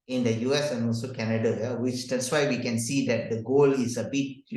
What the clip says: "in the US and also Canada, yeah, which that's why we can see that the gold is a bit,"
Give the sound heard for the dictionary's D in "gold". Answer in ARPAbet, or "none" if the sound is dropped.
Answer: none